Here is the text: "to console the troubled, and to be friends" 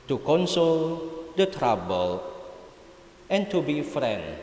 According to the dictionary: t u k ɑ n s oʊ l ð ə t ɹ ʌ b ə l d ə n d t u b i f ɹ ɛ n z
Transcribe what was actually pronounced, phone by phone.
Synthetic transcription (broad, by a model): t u k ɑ n s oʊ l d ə t ɹ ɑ b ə l ə n t u b i f ɹ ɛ n